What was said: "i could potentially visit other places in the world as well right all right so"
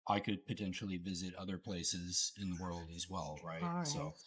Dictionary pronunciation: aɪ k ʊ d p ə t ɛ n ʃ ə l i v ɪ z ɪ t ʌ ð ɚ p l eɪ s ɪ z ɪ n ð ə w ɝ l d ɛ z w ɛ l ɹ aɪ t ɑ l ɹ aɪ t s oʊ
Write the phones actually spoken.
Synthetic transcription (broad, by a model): aɪ k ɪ d p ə t ɛ n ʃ l i v ɪ z ɪ t ʌ ð ɚ p l eɪ s ɪ z ɪ n ð ə w ɝ l d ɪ z w ɛ l ɹ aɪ ɑ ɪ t s oʊ